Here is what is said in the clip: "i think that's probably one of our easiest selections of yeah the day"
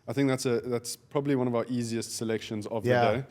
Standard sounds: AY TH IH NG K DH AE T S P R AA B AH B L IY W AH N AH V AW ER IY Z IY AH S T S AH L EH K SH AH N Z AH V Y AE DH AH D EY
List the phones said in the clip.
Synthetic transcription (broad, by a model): AY TH IH NG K DH AE T S P R AA B AH B L IY W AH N AH V AW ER IY Z IY AH S T S AH L EH K SH AH N Z AH V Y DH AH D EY